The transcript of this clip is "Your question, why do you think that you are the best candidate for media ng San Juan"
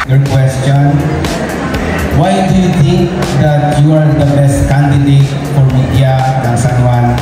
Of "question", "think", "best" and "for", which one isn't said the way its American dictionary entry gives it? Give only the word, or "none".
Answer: think